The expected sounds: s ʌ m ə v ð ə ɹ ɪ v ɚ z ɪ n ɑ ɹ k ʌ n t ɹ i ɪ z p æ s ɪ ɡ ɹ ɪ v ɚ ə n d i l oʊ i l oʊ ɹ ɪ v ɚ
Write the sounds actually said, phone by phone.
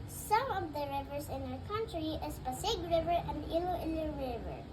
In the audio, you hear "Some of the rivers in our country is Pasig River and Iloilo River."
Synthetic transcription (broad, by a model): s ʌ m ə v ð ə ɹ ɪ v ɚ s ɪ n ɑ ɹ k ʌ n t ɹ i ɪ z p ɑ s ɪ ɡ ɹ ɪ v ɚ ə n d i l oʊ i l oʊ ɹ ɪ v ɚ